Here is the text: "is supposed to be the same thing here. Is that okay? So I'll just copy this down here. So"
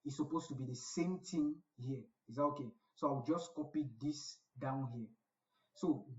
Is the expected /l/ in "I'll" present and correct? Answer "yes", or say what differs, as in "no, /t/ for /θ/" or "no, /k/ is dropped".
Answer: no, /w/ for /l/